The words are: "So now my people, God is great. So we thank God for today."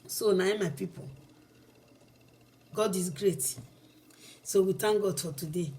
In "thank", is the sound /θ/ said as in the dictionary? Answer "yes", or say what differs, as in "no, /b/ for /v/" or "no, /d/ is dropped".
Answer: no, /t/ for /θ/